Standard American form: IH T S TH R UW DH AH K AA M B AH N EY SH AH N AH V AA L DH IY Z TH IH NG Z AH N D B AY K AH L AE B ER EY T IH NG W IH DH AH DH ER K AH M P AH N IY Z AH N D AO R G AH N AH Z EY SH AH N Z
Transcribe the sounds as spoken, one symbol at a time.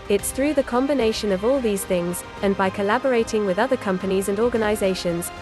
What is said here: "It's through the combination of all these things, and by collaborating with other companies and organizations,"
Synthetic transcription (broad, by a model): IH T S TH R UW DH AH K AA M B AH N EY SH AH N AH V AA L DH IY Z TH IH NG Z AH N B AY K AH L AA B ER EY T IH NG W IH DH AH DH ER K AH M P AH N IY Z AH N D AO G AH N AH Z EY SH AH N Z